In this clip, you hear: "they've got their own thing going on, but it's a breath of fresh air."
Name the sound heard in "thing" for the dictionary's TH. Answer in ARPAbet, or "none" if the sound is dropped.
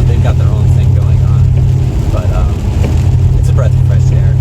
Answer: TH